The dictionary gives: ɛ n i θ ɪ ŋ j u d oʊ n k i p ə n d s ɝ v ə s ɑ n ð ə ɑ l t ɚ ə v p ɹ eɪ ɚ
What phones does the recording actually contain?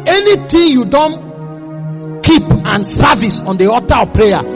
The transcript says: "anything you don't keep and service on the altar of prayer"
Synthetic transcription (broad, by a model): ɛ n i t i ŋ j u d oʊ n k i p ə n s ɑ v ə s ɑ n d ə ɑ t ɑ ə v p ɹ eɪ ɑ